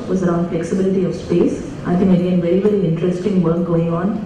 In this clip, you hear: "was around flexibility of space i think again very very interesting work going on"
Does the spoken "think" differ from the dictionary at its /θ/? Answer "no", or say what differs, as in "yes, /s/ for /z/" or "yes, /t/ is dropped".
yes, /t/ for /θ/